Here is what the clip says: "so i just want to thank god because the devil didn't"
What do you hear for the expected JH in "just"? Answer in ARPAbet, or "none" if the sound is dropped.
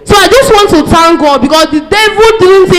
JH